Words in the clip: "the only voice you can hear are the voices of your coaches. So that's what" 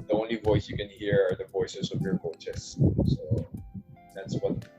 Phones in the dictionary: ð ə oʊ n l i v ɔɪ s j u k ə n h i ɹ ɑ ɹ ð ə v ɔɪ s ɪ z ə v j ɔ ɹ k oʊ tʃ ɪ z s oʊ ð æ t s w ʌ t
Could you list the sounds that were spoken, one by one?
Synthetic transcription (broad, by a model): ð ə oʊ n l i v ɔɪ s j u k ə n h i ɹ ɑ ɹ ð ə v ɔɪ s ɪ s ə v j ɔ ɹ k oʊ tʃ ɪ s s oʊ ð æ t s w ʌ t